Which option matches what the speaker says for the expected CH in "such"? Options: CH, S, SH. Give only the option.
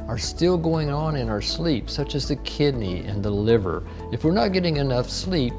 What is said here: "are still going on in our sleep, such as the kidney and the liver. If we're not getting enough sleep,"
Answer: CH